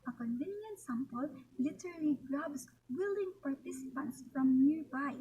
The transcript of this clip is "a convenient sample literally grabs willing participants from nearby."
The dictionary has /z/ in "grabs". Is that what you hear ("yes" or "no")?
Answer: no